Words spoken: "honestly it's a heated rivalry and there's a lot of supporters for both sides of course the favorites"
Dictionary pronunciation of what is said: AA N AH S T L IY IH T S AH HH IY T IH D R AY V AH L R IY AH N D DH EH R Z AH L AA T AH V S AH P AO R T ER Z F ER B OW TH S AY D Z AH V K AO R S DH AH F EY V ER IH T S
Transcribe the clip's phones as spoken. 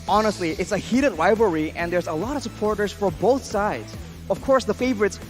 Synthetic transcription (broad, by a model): AA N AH S T L IY IH T S AH HH IY T IH D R AY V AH R IY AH N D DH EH R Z AH L AA T AH V S AH P AO R T ER Z F ER B OW TH S AY D Z AH V K AO R S DH AH F EY V ER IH T S